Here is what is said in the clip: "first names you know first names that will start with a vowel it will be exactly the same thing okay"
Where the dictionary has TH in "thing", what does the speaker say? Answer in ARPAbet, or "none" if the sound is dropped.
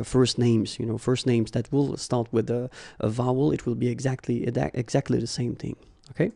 TH